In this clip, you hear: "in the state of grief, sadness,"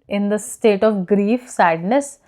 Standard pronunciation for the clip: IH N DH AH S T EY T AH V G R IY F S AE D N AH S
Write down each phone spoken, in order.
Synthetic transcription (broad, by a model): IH N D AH S T EY T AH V G R IY F S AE D N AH S